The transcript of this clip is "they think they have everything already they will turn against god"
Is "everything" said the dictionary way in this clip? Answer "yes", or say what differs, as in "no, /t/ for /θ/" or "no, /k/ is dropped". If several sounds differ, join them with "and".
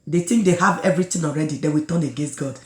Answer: no, /t/ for /θ/